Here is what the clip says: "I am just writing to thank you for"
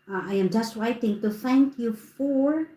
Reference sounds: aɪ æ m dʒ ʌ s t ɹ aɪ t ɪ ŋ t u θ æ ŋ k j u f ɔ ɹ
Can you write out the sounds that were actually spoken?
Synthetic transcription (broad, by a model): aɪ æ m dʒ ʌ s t w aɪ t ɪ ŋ t u θ æ ŋ k j u f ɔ ɹ